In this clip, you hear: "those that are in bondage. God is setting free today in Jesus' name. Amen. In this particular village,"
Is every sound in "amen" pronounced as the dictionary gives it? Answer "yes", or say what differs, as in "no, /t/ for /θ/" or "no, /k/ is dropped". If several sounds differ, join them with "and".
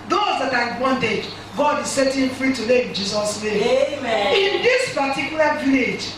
no, /n/ is dropped